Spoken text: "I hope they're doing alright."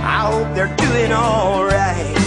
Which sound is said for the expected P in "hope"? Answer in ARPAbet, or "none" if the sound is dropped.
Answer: P